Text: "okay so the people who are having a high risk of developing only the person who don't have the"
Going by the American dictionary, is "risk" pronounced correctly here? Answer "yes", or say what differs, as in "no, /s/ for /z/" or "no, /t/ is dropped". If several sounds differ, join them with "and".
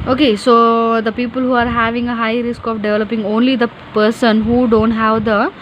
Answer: yes